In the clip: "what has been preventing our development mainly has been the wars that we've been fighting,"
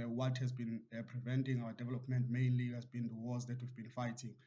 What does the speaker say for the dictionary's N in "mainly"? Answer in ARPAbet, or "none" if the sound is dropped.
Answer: N